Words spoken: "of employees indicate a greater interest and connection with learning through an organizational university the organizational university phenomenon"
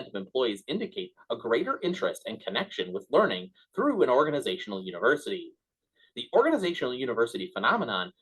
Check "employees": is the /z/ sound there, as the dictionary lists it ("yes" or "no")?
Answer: yes